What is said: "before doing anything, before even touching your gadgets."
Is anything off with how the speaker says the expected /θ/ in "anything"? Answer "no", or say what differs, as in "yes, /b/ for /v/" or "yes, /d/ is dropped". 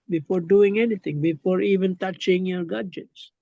yes, /t/ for /θ/